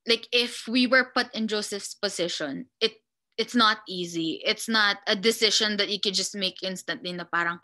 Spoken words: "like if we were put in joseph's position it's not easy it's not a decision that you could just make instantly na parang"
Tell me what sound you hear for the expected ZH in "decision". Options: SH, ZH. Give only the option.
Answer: SH